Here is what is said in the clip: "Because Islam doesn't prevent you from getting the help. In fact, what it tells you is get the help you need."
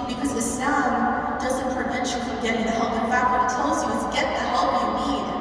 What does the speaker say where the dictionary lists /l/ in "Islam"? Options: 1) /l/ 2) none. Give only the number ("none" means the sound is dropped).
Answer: 2